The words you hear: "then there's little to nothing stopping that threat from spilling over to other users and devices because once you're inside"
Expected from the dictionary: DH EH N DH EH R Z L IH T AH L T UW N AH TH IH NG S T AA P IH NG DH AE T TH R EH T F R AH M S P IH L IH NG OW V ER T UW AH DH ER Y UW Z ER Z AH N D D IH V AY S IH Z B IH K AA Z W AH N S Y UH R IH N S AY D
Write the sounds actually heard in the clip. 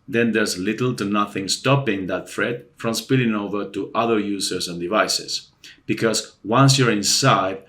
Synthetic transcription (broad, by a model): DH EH N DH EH R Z L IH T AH L T UW N AH TH IH NG S T AA P IH NG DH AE T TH R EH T F R AH M S P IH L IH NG OW V ER T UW AH DH ER Y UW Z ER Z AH N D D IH V AY S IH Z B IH K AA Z W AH N S Y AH R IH N S AY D